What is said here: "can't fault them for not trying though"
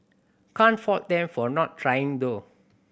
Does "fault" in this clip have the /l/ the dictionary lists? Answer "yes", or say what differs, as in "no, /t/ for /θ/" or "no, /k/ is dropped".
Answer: no, /l/ is dropped